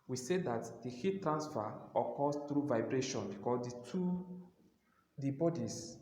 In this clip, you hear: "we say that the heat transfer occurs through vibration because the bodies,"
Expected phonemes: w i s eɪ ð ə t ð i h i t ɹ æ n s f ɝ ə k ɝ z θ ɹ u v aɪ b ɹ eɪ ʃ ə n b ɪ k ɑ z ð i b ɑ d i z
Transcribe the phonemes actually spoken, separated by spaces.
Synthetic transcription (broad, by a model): w i s eɪ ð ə t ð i h i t ɹ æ n s f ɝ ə k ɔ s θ ɹ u v aɪ b ɹ eɪ ʃ ə n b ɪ k ɑ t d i b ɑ d i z